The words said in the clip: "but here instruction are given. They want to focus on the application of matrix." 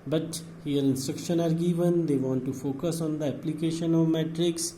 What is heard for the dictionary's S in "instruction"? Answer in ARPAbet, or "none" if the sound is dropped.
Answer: S